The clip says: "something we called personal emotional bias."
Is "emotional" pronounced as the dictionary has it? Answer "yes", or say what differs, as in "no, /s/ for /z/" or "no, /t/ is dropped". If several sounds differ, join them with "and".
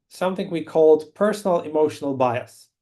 yes